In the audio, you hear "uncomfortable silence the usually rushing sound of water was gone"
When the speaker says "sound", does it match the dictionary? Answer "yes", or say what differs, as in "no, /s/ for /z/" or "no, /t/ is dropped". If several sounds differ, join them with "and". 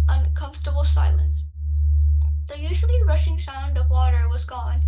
yes